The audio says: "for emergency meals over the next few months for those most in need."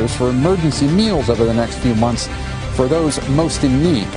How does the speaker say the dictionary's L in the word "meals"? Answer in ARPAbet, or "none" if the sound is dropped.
L